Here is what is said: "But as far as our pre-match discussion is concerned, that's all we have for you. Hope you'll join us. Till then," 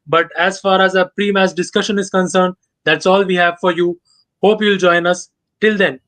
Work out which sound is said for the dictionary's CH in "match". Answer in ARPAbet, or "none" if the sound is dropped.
S